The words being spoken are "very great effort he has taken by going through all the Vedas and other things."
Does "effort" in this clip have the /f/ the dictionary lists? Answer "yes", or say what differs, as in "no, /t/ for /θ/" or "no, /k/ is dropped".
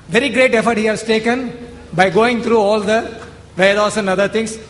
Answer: yes